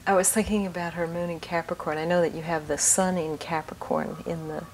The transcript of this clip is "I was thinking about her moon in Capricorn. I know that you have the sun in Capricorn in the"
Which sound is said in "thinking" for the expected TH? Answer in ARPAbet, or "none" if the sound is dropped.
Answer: TH